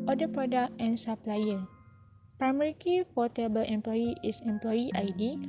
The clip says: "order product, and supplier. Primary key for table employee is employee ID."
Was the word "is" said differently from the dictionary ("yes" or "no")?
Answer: yes